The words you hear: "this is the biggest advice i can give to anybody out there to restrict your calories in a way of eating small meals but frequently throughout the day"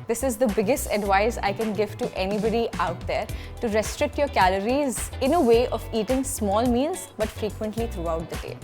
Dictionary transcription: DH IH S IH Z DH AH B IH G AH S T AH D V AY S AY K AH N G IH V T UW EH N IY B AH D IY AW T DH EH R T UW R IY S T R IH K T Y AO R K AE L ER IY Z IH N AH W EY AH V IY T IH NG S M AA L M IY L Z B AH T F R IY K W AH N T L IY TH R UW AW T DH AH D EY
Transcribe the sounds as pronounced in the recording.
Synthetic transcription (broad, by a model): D IH S IH Z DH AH B IH G AH S T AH D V AY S AY K AH N G IH V T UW EH N IY B AH D IY AW T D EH R T UW R IY S T R IH K T Y AO R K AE L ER IY Z IH N AH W EY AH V IY T IH NG S M AA L M IY L Z B AH T F R IY K W AH N T L IY T R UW AW T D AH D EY